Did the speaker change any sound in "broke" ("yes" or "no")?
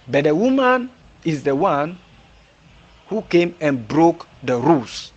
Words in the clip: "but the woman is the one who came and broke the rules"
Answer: no